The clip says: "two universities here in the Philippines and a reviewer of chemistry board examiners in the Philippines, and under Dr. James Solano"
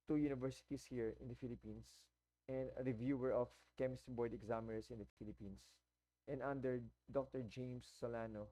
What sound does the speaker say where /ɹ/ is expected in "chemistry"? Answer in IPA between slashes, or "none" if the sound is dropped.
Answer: none